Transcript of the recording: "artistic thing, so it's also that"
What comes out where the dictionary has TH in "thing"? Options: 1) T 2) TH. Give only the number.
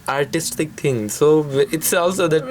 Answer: 1